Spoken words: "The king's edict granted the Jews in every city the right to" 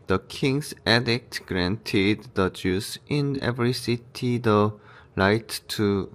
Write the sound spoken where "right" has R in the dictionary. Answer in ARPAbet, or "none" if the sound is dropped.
L